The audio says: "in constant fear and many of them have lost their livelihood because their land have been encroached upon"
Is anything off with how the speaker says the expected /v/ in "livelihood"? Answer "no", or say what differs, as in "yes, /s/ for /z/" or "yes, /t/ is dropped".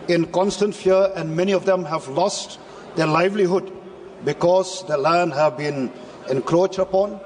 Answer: no